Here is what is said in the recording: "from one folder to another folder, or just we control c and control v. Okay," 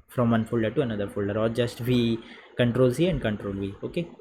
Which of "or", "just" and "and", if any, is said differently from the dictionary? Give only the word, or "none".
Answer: or